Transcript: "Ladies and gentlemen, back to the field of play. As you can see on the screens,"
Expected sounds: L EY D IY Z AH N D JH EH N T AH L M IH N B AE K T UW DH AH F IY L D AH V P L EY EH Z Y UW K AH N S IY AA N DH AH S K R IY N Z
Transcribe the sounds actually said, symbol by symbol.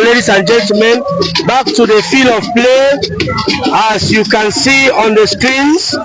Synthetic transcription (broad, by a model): L EY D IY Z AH N JH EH N T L M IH N B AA K T UW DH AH F IY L AH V P L EY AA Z Y UW K AH N S IY AA N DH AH S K R IY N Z